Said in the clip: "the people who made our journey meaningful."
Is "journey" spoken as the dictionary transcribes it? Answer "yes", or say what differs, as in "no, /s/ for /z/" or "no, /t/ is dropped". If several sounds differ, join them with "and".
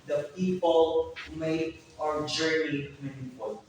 no, /n/ is dropped